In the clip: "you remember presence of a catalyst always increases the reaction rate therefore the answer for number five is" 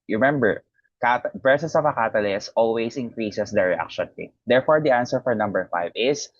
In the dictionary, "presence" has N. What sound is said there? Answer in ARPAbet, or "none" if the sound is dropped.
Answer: none